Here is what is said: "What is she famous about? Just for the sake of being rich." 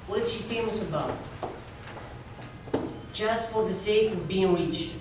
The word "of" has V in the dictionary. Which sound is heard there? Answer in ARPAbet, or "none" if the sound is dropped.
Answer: V